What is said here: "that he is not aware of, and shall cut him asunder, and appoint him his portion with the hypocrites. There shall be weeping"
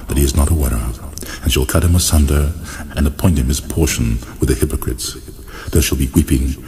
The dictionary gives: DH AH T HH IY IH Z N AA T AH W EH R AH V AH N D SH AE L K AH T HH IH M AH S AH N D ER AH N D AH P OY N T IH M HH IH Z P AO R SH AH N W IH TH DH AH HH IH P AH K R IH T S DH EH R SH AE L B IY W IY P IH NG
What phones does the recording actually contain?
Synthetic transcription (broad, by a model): DH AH T HH IY IH Z N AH T AH W EH R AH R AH N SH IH L K AH T HH IH M AH S AH N D ER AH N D AH P OY N T IH M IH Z P AO R SH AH N W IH DH AH HH IH P AH K R IH T S DH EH R SH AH L B IY W IY P IH NG